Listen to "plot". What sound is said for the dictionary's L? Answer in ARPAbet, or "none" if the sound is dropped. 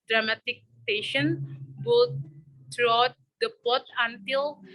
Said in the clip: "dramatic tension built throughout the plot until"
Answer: none